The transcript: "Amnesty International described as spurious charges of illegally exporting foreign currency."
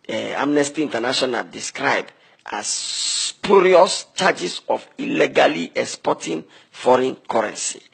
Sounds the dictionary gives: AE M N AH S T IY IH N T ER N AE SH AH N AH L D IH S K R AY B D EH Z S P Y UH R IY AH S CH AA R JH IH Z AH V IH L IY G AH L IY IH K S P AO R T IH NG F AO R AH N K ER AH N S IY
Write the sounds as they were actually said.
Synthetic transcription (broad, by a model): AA M N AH S T IY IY N T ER N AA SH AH N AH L D IH S K R AY B D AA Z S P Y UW R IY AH S CH AA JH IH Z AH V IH L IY G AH L IY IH K S P AO T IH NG F AO R AH N K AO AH N S IY